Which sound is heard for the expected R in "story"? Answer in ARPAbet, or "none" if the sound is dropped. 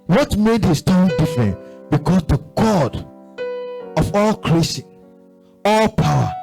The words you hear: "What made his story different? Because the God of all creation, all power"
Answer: none